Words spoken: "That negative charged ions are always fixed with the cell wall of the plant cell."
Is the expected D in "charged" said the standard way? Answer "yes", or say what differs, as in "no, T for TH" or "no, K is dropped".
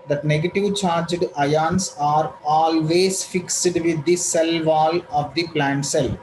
yes